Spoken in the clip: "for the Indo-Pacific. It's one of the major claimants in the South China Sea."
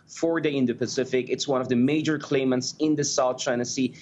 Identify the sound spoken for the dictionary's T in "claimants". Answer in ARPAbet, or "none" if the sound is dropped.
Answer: T